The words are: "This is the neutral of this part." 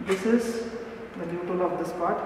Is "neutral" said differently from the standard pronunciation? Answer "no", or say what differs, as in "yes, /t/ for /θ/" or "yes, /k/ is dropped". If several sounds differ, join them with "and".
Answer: yes, /ɹ/ is dropped